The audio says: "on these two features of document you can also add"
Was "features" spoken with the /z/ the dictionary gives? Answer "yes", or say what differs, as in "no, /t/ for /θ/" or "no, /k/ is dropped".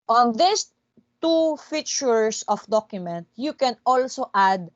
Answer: no, /s/ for /z/